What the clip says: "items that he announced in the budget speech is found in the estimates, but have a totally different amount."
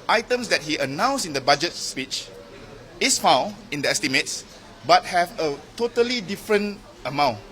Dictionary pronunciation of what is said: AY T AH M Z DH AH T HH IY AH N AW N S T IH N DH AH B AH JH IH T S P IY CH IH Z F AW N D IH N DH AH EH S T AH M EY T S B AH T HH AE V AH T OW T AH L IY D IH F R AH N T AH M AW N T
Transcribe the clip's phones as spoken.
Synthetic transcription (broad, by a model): AY T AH M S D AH T HH IY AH N AW N S IH N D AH B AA JH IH T S P IY CH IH S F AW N IH N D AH EH S T AH M EY T S B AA T HH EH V AH T OW T AH L IY D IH F R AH N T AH M AW N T